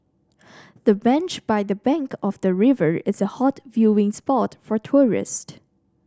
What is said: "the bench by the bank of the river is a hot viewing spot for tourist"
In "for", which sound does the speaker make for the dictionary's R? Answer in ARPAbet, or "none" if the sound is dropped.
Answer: R